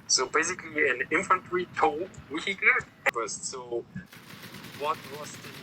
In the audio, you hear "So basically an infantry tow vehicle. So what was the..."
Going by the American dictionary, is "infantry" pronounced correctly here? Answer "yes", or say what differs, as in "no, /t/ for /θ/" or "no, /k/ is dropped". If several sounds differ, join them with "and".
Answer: yes